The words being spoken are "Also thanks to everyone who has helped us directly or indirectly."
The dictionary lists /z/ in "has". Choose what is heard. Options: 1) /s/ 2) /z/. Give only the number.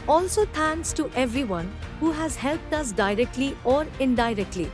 2